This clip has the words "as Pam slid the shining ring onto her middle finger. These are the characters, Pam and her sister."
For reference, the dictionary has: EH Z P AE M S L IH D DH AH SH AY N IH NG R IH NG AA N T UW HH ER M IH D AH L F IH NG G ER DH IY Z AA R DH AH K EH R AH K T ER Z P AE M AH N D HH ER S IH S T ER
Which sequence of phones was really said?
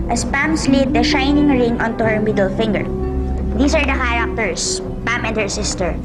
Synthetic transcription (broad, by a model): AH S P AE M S L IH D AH SH AY N IH NG R IH NG AA N T UW HH ER M IH D AH L F IH NG G ER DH IY S AA R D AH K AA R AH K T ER S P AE M AH N D HH ER S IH S T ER